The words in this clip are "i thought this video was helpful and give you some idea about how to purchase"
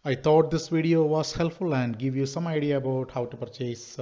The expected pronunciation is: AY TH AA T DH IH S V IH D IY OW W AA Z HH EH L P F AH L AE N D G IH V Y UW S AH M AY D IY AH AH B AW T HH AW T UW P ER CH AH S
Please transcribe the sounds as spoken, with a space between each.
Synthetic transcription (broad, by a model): AY T AA T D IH S V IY D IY OW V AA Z HH EH L P F AH L AE N D G IH V Y UW S AH M AY D IY AH AH B AW T HH AW T UW P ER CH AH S